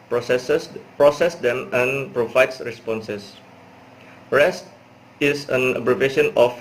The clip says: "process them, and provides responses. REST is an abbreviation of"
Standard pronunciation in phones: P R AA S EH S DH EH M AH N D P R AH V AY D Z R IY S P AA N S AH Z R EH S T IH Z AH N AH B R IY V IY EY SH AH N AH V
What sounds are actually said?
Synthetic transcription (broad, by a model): P R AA S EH S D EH M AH N P R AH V AY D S R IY S P AA N S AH S R EH S T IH S AH N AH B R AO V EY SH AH N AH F